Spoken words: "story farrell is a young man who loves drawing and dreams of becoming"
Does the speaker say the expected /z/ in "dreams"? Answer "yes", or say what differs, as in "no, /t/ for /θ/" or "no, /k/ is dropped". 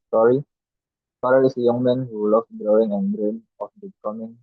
no, /z/ is dropped